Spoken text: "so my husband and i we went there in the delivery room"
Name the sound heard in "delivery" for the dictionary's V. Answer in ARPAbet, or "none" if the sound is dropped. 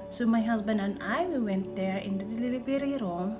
B